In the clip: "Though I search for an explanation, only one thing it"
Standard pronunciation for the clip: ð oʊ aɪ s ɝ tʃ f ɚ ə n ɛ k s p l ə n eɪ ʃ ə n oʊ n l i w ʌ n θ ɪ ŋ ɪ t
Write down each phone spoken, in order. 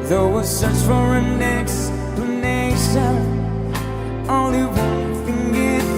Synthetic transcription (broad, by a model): ð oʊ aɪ s ɝ tʃ f ɚ ə n ɛ k s p l ə n eɪ ʃ ə n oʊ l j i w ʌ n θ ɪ ŋ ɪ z